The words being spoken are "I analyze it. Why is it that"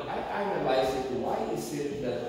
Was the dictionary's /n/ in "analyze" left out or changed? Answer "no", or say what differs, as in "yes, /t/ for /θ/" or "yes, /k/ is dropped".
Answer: yes, /n/ is dropped